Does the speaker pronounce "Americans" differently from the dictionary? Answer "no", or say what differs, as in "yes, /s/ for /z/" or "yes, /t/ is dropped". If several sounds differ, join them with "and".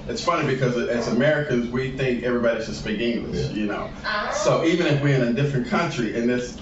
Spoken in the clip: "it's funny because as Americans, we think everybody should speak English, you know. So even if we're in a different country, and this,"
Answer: no